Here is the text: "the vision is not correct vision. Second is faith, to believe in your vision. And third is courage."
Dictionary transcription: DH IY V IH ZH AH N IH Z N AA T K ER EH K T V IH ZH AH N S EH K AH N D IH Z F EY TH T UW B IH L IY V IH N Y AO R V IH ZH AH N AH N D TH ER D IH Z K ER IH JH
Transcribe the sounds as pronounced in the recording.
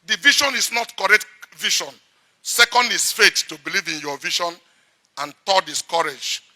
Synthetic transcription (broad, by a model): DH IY V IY SH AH N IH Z N AA T K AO EH K T V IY SH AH N S EH K AH N D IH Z F EY T T UW B IH L IY V IH N Y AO V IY SH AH N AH N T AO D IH S K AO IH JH